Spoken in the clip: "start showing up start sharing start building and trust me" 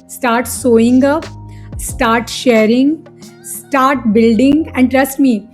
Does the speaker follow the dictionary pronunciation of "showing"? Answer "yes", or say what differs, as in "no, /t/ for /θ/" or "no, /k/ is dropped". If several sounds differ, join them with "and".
no, /s/ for /ʃ/